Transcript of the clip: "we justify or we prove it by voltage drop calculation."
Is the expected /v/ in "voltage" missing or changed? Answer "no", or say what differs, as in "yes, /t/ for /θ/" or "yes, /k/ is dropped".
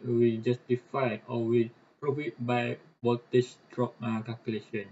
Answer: yes, /w/ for /v/